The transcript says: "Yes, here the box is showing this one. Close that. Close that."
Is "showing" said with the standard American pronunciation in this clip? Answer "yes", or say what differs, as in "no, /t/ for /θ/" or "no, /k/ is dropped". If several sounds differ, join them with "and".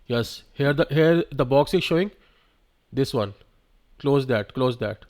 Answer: yes